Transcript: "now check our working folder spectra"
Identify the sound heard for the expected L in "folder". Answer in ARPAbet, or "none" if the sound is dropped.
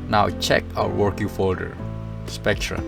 L